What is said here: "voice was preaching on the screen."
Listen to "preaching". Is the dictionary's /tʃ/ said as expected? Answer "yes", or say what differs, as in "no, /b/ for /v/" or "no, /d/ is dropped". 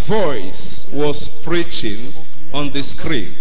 yes